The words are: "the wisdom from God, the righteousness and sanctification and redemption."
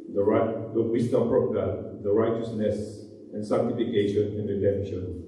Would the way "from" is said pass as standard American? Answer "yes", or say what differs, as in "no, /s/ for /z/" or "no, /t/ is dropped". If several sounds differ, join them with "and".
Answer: no, /p/ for /f/